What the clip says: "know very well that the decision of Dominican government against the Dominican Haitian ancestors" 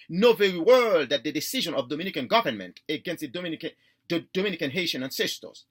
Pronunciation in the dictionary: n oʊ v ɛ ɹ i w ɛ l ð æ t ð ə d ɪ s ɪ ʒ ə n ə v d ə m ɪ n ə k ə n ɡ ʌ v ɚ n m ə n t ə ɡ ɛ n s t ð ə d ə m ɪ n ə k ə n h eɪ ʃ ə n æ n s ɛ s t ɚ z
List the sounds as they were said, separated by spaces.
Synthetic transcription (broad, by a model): n oʊ v ɛ ɹ i w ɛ l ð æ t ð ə d ɪ s ɪ ʒ ə n ə v d ə m ɪ n ə k ə n ɡ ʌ v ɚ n m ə n t ə ɡ ɛ n s t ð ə d ə m ɪ n ə k ə n h eɪ ʃ ə n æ n s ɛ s t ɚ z